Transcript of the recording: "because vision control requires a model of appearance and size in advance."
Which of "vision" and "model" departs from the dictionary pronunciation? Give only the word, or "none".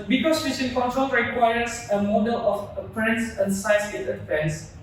vision